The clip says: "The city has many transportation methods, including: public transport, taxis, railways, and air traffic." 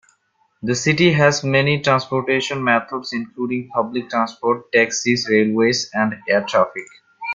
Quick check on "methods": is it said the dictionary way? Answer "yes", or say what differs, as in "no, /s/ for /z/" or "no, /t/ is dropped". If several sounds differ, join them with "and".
no, /t/ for /θ/